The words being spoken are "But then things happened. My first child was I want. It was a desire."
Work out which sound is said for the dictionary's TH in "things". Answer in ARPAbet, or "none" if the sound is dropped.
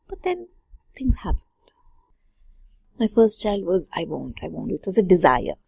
T